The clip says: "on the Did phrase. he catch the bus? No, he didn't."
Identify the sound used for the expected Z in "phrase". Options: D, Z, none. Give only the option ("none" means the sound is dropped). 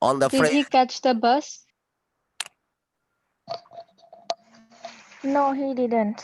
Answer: none